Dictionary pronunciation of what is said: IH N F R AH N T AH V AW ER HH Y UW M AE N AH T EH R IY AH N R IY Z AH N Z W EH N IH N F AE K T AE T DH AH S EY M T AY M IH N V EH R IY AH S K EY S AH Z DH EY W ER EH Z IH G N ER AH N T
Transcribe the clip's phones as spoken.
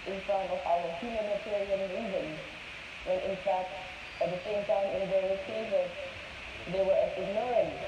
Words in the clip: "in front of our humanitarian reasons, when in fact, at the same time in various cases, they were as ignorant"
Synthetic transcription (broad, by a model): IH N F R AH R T AH V AW ER HH Y UW M AE N AH T EH R IY AH N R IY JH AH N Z W EH N IH N F AE K T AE T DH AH S EY M T AY M IH N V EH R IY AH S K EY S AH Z DH EY W ER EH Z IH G N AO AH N